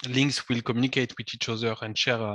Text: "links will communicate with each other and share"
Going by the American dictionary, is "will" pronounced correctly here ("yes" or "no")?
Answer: yes